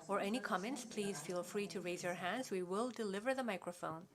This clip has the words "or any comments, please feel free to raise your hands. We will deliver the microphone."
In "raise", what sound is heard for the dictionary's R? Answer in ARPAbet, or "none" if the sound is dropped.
R